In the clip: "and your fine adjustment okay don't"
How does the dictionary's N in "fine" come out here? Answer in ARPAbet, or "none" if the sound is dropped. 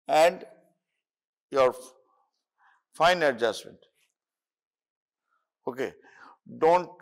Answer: N